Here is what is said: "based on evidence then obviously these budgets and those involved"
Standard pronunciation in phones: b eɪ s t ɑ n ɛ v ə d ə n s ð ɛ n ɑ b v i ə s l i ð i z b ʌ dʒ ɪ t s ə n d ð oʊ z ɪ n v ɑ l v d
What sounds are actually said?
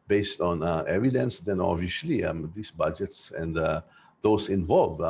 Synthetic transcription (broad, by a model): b eɪ s t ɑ n ɛ v ə d ə n s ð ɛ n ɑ v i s l i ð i s b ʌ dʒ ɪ t s ə n d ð oʊ s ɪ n v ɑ l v